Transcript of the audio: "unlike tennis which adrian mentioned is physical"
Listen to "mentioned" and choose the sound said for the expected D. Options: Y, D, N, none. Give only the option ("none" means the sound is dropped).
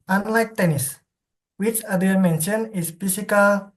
none